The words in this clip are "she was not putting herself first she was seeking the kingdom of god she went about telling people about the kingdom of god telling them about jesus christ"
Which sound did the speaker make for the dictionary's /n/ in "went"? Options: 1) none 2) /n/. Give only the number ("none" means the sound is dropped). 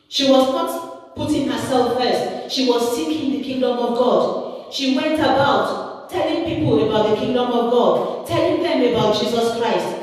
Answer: 2